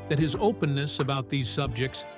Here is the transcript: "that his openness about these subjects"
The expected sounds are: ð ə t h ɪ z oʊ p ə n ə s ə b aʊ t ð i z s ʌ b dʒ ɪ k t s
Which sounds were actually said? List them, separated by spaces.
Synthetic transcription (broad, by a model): ð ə t h ɪ z oʊ p ə n ə s ə b aʊ t ð i z s ʌ b dʒ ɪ k t s